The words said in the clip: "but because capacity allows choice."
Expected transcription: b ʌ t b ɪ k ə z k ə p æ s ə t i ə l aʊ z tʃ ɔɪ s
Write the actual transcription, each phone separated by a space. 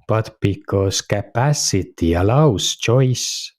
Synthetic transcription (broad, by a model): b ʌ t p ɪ k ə s k ə p æ s ə t i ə l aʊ s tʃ ɔɪ s